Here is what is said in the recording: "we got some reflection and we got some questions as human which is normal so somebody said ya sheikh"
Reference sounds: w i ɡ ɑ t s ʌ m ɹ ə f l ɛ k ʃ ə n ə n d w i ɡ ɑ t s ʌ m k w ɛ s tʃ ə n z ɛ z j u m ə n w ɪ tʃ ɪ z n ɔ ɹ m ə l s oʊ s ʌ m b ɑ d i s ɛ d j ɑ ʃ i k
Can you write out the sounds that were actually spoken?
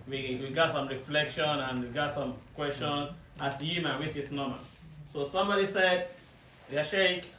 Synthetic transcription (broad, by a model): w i ɡ ɑ t s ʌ m ɹ ə f l ɛ k ʃ ə n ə n w i ɡ ɑ t s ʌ m k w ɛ s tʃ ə n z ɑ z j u m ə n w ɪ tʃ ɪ s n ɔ m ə n s oʊ s ʌ m b ɑ d i s ɛ d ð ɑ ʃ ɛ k